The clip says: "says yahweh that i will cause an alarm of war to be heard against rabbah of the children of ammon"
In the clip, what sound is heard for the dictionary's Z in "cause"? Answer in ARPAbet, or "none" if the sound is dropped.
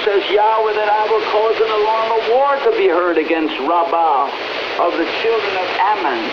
Z